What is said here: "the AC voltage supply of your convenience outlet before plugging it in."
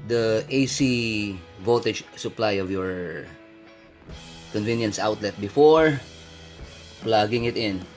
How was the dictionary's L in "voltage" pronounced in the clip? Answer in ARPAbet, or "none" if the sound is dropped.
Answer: none